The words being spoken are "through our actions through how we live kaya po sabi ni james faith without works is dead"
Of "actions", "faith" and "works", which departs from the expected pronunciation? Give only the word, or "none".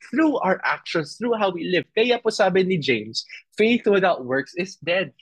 actions